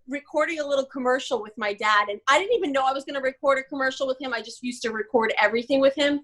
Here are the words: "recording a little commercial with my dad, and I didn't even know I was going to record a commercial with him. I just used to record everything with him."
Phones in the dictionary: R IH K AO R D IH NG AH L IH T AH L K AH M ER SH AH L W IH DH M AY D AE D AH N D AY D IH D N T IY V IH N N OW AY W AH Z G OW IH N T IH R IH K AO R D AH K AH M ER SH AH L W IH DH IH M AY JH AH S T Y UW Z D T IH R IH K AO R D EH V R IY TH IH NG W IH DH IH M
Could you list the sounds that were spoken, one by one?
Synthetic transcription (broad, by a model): R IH K AO R D IH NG AH L IH T L K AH M ER SH L W IH DH M AY D AE D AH N AY D IH D N T IY V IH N N OW AY W AH Z G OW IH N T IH R IH K AO R D AH K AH M ER SH L W IH DH IH M AY JH AH S T Y UW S T IH R IH K AO R D EH V R IY TH IH NG W IH DH IH M